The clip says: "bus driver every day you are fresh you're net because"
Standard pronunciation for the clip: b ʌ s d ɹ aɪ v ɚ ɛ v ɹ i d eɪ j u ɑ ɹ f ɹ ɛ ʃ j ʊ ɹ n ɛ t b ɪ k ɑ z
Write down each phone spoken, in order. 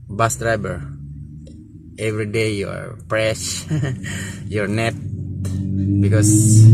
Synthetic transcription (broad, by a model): b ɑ s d ɹ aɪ b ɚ ɛ v ɹ i d eɪ j u ɑ ɹ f ɹ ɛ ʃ j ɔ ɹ n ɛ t b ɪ k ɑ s